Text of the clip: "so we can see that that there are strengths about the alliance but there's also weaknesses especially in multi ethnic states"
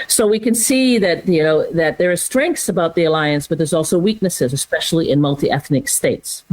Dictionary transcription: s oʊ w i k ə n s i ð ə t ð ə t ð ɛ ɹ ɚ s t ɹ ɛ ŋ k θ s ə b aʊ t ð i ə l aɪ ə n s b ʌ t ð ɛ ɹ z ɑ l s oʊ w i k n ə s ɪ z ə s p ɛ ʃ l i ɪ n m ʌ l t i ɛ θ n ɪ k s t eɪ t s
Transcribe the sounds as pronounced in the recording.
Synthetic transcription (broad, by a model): s oʊ w i k ə n s i ð ə t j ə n ð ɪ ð ɚ s t ɹ ɛ ŋ k θ s ə b aʊ t ð i ə l aɪ ə n s b ʌ t ð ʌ ɹ z ɑ l s oʊ w i k n ə s ɪ z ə s p ɛ ʃ l i ɪ n m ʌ l t i ɛ θ n ɪ k s t eɪ t s